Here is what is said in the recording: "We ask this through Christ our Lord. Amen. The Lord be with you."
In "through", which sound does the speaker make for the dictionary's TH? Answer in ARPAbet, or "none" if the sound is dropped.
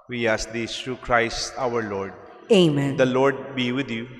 T